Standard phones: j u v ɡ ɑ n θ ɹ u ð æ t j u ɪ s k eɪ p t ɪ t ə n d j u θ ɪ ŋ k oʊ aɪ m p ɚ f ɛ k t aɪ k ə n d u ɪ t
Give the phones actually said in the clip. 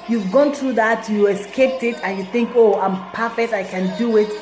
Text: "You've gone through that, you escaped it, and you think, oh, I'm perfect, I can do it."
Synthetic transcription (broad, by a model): j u v ɡ ɑ n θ ɹ u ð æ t j u ɪ s k eɪ p t ɪ t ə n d j u θ ɪ ŋ k oʊ aɪ m p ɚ f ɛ k t aɪ k ə n d u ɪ t